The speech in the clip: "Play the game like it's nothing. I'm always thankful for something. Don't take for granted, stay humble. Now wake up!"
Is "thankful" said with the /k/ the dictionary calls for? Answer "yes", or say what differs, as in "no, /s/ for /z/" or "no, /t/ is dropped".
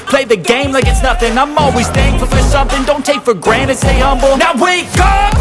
no, /k/ is dropped